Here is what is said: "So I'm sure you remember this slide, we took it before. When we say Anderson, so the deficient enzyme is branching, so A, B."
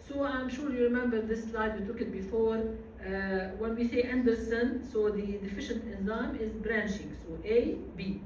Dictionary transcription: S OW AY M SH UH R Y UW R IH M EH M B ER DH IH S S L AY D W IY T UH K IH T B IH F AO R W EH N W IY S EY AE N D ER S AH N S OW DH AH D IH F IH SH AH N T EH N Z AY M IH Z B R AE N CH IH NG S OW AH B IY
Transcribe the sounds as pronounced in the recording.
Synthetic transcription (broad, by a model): S OW AY M SH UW R Y UW R IH M EH M B ER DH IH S S L AY D W IY T UH K IH T B IH F AO R W EH N W IY S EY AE N D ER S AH N S OW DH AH D IH F IH SH AH N T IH N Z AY M IH Z B R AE N SH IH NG S OW AH B IY